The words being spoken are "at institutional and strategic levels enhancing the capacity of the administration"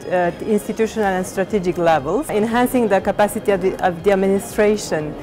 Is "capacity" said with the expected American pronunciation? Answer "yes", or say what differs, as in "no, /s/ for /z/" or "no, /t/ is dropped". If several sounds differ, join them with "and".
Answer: yes